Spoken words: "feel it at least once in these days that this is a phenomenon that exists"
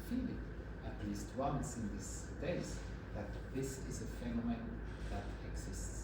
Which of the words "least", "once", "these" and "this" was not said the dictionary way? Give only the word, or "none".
these